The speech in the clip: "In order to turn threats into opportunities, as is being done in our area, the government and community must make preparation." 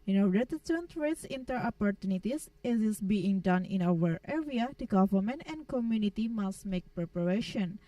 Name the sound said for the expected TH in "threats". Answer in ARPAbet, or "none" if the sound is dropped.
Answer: T